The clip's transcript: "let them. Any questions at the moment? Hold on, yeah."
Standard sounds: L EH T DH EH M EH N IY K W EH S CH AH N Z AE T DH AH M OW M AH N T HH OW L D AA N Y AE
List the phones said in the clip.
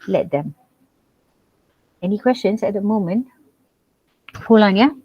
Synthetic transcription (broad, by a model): L EH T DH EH M EH N IY K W EH S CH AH N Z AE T DH AH M OW M AH N T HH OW L AA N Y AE